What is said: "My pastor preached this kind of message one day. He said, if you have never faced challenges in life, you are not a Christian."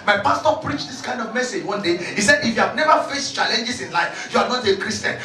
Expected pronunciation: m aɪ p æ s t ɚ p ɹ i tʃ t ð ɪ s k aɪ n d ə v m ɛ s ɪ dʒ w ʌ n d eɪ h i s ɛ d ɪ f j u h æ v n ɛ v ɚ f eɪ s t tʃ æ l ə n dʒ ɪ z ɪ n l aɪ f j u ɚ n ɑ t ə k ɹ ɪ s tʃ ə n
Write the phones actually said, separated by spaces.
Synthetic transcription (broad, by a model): m aɪ p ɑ s t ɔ p ɹ i tʃ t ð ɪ s k aɪ n d ə v m ɛ s ɪ dʒ w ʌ n d eɪ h i s ɛ d ɪ f j u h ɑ v n ɛ v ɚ f eɪ s t tʃ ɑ l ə n dʒ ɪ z ɪ n l aɪ f j u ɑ n ɑ t ə k ɹ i s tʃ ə n